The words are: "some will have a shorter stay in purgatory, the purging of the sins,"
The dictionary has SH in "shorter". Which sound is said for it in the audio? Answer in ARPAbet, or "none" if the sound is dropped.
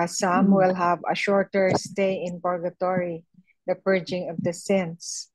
SH